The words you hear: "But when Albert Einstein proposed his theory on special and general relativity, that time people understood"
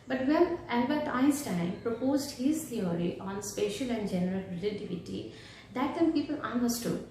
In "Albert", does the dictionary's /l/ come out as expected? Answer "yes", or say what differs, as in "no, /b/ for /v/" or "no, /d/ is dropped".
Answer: no, /n/ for /l/